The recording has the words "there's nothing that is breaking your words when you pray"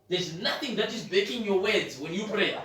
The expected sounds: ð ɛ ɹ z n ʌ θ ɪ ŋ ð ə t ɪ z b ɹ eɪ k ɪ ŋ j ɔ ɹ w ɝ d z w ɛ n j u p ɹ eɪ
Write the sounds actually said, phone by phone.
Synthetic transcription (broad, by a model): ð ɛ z n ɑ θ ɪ ŋ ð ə t ɪ z b eɪ k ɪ ŋ j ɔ w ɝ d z w ɛ n j u p ɹ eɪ